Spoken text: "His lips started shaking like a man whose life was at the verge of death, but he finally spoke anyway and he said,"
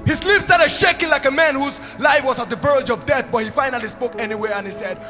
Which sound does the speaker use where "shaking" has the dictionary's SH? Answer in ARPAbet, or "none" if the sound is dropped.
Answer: SH